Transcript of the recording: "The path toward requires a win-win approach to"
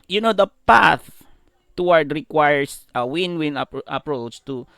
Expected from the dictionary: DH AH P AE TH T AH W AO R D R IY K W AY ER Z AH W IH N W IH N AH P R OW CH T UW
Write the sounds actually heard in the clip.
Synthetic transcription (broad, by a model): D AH P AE TH T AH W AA R D R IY K W AY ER S AH W IH N W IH N AH P R OW CH T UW